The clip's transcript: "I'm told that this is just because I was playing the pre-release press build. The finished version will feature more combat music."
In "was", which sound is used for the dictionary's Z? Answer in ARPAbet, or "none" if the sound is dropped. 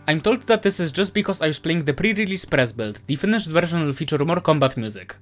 S